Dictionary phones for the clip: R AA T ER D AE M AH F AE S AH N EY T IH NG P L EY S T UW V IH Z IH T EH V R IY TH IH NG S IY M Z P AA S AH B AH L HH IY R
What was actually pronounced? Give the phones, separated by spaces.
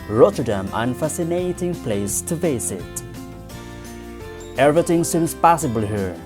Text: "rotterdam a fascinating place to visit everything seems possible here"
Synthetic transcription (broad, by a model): R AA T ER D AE M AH F AE S AH N EY T IH NG P L EY S T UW F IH S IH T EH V R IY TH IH NG S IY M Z P AA S AH B AH L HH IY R